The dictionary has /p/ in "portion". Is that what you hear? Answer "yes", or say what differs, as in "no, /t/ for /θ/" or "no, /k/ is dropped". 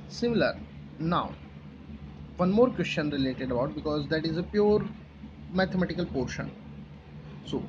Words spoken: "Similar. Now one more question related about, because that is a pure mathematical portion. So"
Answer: yes